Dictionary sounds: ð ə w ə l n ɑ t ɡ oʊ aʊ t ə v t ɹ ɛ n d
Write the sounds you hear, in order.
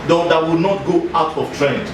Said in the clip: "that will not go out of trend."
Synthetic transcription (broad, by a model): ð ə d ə w n ɑ t ɡ oʊ aʊ t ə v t ɹ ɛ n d